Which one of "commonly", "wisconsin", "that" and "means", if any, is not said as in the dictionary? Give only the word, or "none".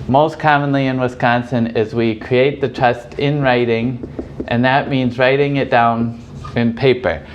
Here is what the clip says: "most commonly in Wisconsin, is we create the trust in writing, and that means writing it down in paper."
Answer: none